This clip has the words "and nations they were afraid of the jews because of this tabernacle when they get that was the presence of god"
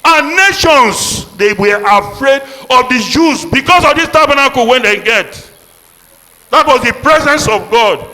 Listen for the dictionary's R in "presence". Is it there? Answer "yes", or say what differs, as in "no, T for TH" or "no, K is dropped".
yes